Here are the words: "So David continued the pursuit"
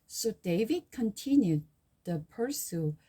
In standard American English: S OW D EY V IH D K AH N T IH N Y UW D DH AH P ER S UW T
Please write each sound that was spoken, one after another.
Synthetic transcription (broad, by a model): S OW D EY V IH D K AH N T IH N Y UW D DH AH P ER S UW